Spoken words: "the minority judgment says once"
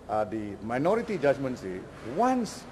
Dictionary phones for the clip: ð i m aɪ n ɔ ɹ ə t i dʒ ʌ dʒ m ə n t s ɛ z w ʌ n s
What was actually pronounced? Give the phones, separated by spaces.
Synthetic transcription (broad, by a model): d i m aɪ n ɔ ɹ ə t i dʒ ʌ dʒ m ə n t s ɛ w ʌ n s